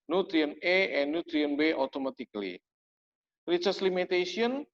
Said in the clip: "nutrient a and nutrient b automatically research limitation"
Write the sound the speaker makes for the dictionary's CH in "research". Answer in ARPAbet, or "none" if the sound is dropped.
S